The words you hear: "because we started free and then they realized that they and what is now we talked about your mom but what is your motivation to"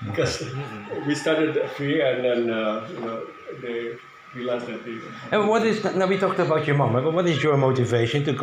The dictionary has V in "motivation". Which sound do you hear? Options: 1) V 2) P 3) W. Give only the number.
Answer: 1